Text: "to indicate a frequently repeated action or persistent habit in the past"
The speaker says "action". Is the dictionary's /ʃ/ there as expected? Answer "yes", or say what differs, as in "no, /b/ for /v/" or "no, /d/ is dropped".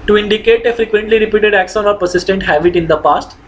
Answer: no, /s/ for /ʃ/